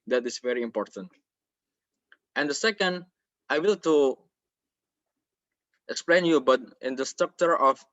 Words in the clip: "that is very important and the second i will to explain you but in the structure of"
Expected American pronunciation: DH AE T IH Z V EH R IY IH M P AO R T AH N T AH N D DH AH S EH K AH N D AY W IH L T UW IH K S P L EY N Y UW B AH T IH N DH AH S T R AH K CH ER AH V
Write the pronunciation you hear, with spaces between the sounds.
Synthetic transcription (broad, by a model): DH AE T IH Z V EH R IY IH M P AO R T AH N T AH N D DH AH S EH K AH N D AY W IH L T UW IH K S P L EY N Y UW B AH T IH N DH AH S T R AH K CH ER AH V